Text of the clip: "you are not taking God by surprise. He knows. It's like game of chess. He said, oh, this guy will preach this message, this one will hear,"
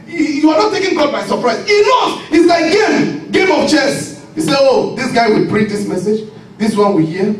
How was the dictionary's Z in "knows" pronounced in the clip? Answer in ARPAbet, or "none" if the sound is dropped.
none